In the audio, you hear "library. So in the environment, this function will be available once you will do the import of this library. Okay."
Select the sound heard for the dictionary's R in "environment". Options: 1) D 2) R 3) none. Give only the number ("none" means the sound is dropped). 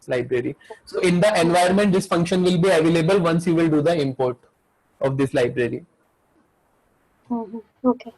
3